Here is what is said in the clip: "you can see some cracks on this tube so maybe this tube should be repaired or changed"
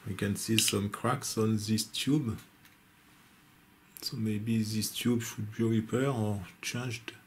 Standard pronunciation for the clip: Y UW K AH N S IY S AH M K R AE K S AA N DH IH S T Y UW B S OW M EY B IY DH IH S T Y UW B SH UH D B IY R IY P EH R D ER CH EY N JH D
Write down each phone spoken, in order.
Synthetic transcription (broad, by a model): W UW K AH N S IY S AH M K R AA K S AA N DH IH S T Y UW B S OW M EY B IY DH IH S T Y UW B SH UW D B IY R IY P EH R ER CH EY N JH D